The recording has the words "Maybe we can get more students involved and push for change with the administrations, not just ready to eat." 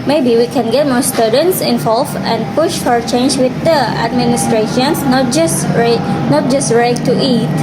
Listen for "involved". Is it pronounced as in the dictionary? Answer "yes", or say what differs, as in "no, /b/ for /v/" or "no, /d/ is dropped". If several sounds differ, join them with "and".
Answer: no, /d/ is dropped